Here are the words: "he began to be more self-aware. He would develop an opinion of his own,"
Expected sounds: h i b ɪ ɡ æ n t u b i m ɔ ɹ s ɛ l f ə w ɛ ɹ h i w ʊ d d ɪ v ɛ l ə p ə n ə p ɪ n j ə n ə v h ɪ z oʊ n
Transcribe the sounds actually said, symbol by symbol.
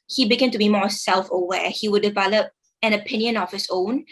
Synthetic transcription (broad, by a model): h i b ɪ ɡ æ n t u b i m ɔ s ɛ l f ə w ɛ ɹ h i w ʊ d d ɪ v ɛ l ə p ə n ə p ɪ n j ə n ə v h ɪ s oʊ n